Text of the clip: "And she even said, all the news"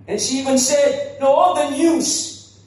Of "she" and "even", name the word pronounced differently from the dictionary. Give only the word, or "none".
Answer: none